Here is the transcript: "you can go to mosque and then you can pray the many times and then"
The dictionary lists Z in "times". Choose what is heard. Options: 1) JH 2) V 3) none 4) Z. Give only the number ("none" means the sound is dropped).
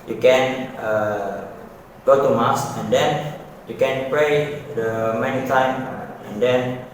3